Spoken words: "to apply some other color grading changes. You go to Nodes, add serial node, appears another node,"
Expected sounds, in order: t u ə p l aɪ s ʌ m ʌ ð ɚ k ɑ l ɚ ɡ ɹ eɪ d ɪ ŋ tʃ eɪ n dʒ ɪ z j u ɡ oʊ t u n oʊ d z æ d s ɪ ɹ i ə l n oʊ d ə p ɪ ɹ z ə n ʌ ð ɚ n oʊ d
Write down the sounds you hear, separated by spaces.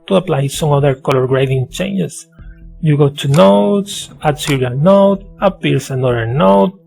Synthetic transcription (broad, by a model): t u ə p l aɪ s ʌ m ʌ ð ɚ k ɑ l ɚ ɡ ɹ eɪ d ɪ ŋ tʃ eɪ n dʒ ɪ s j u ɡ oʊ t u n oʊ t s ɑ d s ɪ ɹ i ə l n oʊ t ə p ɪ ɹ s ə n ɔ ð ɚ n oʊ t